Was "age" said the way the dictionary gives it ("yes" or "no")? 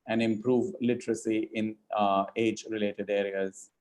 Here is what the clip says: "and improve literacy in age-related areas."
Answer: yes